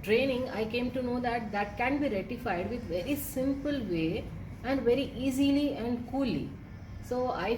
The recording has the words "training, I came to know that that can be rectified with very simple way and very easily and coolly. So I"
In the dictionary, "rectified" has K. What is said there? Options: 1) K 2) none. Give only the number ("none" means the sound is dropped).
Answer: 2